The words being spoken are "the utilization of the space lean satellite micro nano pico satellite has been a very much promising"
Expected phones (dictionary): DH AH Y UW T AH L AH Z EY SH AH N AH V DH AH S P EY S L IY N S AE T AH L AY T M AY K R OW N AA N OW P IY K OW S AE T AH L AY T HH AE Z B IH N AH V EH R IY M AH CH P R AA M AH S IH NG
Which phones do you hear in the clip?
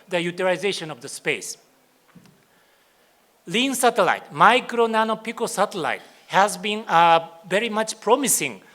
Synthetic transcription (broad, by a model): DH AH Y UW T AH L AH Z EY SH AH N AH V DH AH S P EY S L IY N S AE T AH L AY T M AY K R OW N AA N OW P IY K OW S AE T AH L AY T HH AE Z B IH N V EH R IY M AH CH P R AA M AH S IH NG